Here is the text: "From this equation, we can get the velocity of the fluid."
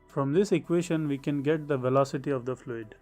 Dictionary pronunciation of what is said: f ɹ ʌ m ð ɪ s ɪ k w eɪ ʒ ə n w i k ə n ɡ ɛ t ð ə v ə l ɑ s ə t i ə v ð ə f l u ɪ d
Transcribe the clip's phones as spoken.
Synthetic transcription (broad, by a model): f ɹ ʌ m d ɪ s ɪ k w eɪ ʃ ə n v i k ə n ɡ ɛ t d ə v ə l ɑ s ə t i ə v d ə f l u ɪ d